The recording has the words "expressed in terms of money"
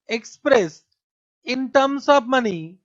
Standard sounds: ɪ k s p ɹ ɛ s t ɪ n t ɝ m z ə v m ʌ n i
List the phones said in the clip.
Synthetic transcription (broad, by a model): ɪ k s p ɹ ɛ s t ɪ n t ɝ m s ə p m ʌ n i